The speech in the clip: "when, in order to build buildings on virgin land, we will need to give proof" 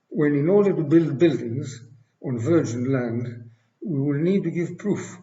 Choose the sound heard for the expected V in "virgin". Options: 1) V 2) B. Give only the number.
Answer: 1